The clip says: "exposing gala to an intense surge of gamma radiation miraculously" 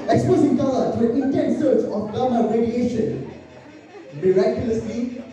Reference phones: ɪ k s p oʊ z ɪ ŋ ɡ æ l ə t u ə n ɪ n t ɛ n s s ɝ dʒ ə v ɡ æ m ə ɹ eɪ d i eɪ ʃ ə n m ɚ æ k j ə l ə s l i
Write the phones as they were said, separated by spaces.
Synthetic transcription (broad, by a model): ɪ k s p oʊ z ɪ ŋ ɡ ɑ ə t u ə n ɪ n t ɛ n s s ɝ tʃ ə f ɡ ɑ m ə ɹ eɪ d i eɪ ʃ ə n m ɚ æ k j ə l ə s l i